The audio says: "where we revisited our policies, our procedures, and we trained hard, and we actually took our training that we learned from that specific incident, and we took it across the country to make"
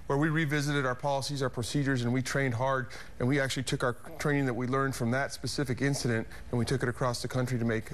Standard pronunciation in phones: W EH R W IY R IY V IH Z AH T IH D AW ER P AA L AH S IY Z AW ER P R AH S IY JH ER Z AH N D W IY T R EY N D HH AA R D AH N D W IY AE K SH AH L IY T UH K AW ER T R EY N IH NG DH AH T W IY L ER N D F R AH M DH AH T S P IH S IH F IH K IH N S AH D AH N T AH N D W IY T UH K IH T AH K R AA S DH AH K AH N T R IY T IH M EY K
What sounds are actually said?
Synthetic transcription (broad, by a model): W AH R W IY R IY V IH Z AH T IH D AW ER P AA L AH S IY Z AW ER P R AH S IY JH ER Z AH N W IY T R EY N D HH AA R D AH N W IY AE K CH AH L IY T UH K AW ER T R EY N IH NG DH AH T W IY L ER N D F R AH M DH AH T S P IH S IH F IH K IH N S AH D AH N T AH N W IY T UH K IH T AH K R AA S DH AH K AH N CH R IY T IH M EY K